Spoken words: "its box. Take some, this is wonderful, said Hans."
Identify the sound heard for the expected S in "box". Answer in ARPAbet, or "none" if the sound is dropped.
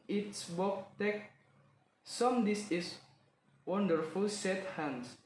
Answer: none